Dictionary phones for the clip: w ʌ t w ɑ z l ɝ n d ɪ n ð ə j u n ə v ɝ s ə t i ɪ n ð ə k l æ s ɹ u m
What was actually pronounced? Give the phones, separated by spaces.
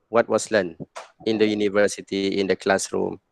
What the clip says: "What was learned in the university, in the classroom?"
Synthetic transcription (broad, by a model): w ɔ t w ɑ s l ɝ n ɪ n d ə j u n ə v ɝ s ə t i ɪ n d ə k l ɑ s ɹ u m